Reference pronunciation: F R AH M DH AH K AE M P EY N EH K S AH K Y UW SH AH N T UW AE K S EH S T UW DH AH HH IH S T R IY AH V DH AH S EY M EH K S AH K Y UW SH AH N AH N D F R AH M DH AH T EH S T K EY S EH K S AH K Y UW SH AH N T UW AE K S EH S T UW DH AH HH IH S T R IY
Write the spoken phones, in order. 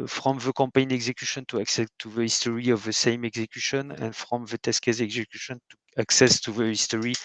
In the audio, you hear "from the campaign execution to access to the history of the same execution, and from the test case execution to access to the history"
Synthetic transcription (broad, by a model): F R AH M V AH K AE P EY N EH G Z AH K Y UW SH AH N T UW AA K S EH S T UW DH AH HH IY S T R IY AH V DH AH S EY M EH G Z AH K Y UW SH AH N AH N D F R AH M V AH T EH S K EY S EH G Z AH K Y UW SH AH N T UW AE K S EH S T UW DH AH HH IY S T R IY